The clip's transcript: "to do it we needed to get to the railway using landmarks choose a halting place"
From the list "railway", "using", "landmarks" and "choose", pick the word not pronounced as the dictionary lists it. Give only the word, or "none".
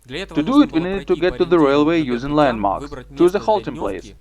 none